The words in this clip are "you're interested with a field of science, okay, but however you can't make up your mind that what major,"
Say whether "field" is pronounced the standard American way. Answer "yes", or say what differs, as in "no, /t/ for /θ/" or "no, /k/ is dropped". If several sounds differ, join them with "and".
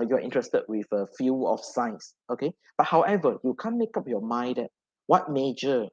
no, /d/ is dropped